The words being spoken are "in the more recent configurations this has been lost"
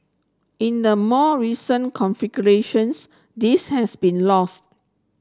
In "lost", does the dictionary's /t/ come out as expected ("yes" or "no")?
yes